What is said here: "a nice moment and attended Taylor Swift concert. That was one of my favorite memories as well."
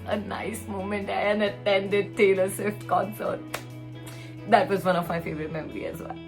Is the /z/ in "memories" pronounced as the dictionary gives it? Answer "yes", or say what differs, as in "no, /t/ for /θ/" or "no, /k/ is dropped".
no, /z/ is dropped